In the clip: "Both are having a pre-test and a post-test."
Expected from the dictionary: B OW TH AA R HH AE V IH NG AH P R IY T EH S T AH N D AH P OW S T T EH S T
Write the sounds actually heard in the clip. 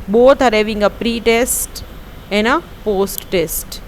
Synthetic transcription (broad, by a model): B OW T AA R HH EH V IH NG AH P R IY T EH S T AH N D AH P OW S T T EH S T